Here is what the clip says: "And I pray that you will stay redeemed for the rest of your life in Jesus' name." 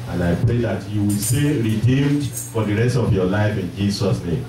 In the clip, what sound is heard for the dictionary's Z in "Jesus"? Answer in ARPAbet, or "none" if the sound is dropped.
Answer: S